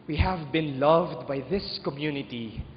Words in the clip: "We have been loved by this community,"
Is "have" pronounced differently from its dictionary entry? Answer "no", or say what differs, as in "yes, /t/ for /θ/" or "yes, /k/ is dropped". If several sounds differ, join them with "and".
no